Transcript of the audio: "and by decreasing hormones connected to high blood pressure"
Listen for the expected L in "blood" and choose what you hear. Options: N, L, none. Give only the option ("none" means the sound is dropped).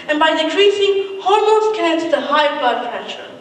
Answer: none